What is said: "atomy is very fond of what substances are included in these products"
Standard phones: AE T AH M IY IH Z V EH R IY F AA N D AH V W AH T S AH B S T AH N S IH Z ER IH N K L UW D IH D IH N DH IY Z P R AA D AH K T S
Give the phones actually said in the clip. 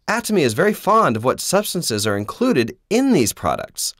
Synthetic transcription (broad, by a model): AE T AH M IY IH Z V EH R IY F AA N D AH V W AH T S AH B S T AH N S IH Z ER IH N K L UW D IH D IH N DH IY Z P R AA D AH K T S